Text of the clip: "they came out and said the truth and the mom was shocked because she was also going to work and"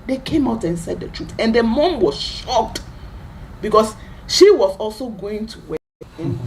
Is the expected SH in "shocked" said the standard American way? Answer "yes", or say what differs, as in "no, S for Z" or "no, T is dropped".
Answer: yes